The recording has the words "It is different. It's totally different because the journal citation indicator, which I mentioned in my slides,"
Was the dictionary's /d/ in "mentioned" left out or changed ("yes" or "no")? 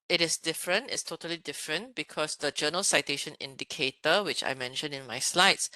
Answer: yes